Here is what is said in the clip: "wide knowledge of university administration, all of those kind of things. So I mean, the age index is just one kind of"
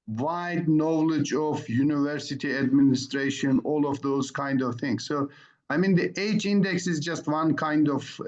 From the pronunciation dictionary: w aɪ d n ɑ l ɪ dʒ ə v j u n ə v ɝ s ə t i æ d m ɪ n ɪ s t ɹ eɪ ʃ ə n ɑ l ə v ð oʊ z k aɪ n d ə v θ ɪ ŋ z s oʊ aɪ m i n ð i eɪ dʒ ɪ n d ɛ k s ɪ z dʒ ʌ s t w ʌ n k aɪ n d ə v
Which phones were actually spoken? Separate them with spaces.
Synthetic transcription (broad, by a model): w aɪ d n ɑ l ɪ dʒ ə v j u n ə v ɝ s ə t i æ d m ɪ n ɪ s t ɹ eɪ ʃ ə n ɑ l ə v ð oʊ z k aɪ n d ə v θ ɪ ŋ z s oʊ aɪ m i n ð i eɪ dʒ ɪ n d ɛ k s ɪ z dʒ ʌ s t w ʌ n k aɪ n d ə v